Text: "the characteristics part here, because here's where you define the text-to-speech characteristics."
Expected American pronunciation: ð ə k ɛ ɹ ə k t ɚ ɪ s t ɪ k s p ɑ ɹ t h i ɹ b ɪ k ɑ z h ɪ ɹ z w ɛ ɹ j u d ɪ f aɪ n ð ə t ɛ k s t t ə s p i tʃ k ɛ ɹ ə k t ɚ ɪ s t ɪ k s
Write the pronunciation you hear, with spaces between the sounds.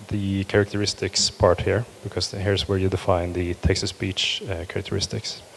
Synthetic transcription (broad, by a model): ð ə k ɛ ɹ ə k t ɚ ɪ s t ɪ k s p ɑ ɹ t h i ɹ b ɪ k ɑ s h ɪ ɹ s w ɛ ɹ j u d ɪ f aɪ n ð ə t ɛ k s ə s b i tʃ k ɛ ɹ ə k t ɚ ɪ s t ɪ k s